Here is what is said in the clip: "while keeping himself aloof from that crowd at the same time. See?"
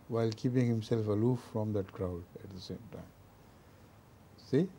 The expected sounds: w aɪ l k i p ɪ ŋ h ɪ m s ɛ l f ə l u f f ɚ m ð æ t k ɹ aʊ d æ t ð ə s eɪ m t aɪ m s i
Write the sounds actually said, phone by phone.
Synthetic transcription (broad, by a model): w aɪ l k i p ɪ ŋ h ɪ m s ɛ l f ə l u f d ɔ m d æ t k ɹ aʊ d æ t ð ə s eɪ m t aɪ m s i